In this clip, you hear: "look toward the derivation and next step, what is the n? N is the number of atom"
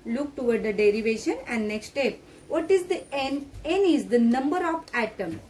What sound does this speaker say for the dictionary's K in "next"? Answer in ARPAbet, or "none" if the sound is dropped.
K